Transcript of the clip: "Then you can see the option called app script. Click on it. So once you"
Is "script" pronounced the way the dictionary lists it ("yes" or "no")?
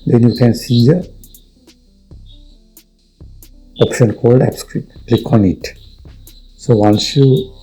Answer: no